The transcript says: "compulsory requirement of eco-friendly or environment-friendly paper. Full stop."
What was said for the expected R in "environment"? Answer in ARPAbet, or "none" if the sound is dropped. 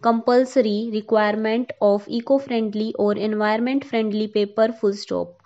none